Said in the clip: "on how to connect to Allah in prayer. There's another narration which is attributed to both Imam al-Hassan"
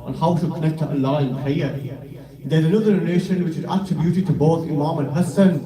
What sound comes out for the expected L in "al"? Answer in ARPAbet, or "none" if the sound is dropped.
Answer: N